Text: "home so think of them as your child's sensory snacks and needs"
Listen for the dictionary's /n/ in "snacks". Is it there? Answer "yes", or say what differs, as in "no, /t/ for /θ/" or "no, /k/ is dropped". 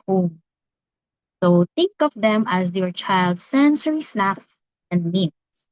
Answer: no, /l/ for /n/